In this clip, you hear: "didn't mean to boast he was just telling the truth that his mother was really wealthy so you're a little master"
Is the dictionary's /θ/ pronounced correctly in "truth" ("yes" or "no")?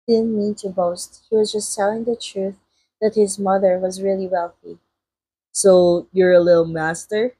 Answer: yes